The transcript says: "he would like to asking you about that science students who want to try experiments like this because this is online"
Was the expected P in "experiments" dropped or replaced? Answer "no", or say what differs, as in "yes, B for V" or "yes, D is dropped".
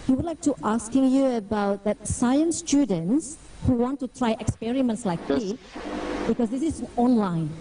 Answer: no